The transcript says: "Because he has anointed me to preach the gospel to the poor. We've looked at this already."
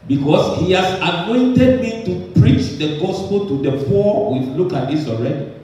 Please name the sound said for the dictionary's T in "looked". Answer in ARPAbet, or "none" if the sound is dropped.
none